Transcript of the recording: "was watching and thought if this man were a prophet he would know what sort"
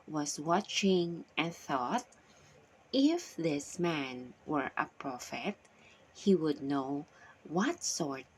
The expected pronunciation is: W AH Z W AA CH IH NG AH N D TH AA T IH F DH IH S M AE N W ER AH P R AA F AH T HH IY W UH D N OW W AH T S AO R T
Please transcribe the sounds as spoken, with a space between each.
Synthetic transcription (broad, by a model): W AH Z W AA CH IH NG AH N TH AA T IH F DH IH S M AE N W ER AH P R AA F AH T HH IY W UH D N OW W AH T S AO R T